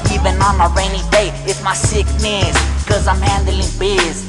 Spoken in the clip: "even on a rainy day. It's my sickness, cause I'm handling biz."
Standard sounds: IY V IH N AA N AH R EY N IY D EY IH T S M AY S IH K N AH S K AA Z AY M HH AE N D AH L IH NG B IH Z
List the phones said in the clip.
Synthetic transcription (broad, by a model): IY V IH N AA N AH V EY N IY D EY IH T M AY S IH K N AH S K AA Z AY M HH AE N D AH L IH NG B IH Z